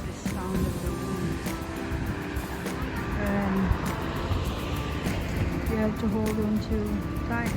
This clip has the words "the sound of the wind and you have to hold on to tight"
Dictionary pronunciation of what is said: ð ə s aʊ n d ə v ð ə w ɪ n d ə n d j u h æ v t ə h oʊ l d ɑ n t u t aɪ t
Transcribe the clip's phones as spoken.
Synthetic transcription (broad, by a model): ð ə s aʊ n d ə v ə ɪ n ə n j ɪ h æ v t ə h oʊ l d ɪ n t u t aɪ